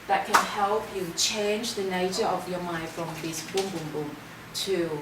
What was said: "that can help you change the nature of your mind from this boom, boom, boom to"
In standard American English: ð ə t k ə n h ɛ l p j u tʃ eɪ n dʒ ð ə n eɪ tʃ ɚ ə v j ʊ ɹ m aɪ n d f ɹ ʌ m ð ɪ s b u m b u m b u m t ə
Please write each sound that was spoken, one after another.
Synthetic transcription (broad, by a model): ð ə t k ə n h ɛ l p j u tʃ eɪ n dʒ ð ə n eɪ tʃ ɚ ə v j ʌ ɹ m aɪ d f ɹ ʌ m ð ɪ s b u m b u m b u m t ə